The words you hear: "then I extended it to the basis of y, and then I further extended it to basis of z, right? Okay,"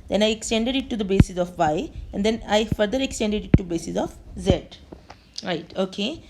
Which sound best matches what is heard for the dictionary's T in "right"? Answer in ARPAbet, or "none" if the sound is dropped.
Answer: T